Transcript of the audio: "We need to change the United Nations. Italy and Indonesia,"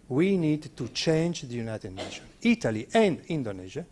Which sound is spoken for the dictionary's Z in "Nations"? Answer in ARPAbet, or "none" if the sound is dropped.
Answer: none